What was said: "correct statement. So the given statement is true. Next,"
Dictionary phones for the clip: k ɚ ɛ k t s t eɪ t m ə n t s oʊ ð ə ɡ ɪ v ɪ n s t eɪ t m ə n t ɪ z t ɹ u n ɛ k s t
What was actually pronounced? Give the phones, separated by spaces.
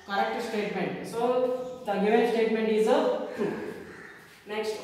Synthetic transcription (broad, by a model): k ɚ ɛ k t s t eɪ t m ə n t s oʊ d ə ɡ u ɪ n s t eɪ t m ə n t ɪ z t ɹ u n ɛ k s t